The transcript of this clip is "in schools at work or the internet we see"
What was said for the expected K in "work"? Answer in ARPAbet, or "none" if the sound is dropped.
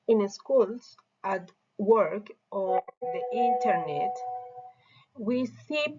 K